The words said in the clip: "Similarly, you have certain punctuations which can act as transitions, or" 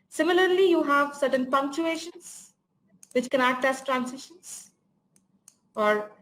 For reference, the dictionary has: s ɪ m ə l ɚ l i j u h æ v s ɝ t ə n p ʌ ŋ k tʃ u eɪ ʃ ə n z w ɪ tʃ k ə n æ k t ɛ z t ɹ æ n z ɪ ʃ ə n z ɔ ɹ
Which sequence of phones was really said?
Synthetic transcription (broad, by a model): s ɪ m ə l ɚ l i j u h æ v s ɝ t ə n p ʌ ŋ k tʃ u eɪ ʃ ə n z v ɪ tʃ k ə n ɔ t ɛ s t ɹ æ n s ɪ ʃ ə n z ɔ ɹ